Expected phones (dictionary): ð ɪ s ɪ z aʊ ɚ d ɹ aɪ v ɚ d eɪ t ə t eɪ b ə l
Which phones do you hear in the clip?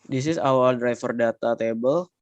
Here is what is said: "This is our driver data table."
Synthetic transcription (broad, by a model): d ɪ s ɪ s aʊ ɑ d ɹ aɪ f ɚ d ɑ t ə t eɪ b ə l